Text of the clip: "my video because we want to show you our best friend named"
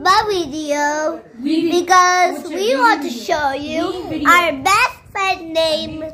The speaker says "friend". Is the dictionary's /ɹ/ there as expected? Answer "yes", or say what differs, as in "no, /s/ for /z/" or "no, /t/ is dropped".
no, /ɹ/ is dropped